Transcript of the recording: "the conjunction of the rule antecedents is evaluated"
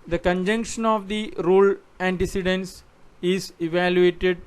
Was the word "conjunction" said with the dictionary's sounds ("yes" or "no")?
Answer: yes